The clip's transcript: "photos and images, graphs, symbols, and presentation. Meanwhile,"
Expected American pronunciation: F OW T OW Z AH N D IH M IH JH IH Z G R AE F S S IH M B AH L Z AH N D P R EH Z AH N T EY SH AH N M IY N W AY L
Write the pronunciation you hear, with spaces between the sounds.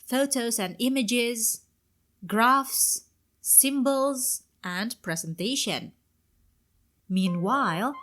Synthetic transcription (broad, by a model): F OW T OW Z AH N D IH M IH JH IH Z G R AE F S S IH M B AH L Z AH N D P R EH Z AH N T EY SH AH N M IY N W AY L